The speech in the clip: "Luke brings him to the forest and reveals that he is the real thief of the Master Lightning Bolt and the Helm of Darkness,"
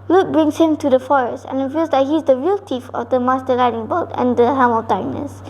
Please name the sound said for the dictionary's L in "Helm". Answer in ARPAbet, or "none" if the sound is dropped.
none